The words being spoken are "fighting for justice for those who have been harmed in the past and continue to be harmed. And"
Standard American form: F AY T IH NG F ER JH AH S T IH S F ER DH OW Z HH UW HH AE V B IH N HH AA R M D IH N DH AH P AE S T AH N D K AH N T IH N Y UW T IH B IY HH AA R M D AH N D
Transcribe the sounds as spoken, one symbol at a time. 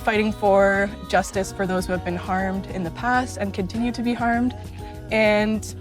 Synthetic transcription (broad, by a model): F AY T IH NG F ER JH AH S T IH S F ER DH OW Z HH UW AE V B IH N HH AA R M D IH N DH AH P AE S T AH N K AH N T IH N Y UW T IH B IY HH AA R M D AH N